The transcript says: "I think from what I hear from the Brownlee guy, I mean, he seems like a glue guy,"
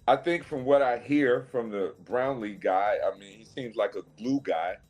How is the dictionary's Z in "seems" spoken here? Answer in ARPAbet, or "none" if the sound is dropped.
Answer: Z